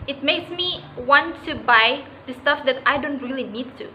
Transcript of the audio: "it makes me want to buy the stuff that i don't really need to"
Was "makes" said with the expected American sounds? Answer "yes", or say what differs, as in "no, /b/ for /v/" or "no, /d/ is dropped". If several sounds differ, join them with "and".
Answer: yes